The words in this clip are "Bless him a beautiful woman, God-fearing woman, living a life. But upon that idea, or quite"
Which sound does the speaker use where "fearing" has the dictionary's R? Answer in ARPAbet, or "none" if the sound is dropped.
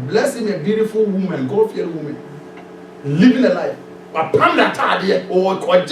none